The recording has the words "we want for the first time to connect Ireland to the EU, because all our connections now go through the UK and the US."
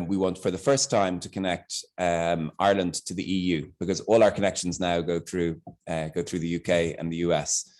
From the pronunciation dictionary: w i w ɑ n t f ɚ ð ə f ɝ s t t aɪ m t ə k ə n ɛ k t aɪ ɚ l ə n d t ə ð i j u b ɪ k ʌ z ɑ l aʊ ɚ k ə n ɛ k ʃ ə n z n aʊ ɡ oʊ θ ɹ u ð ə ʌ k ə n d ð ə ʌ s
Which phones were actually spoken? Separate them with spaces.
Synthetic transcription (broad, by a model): w i w ɑ n t f ɚ ð ə f ɝ s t t aɪ m t ə k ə n ɛ k t aɪ ɚ l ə n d t ə ð i j u b ɪ k ʌ z ɑ l aʊ ɚ k ə n ɛ k ʃ ə n z n aʊ ɡ oʊ θ ɹ u ð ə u k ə n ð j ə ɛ s